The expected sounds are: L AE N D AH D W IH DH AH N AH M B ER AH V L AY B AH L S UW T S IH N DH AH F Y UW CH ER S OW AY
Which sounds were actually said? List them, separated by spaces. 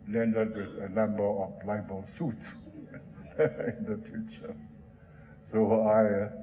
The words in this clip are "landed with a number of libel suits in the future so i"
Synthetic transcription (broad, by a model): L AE N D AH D W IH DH AH L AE M B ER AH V L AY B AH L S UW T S IH N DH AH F Y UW CH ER S OW AY